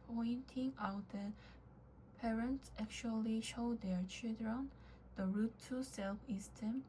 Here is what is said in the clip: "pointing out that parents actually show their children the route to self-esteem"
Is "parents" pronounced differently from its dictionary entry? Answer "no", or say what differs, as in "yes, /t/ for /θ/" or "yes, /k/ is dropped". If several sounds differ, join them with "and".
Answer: no